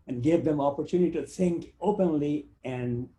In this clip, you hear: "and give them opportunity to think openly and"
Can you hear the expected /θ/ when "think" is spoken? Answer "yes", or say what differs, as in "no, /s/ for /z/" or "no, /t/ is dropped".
no, /s/ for /θ/